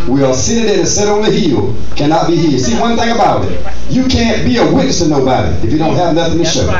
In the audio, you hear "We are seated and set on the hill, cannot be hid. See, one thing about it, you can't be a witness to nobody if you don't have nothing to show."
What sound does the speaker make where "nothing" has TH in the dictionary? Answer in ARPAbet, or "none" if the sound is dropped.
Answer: TH